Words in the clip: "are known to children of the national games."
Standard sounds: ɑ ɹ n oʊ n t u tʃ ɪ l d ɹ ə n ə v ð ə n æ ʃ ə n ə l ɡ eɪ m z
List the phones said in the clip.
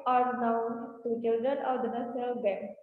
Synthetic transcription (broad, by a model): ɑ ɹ n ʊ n t u tʃ ɪ l d ɹ ə n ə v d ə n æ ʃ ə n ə l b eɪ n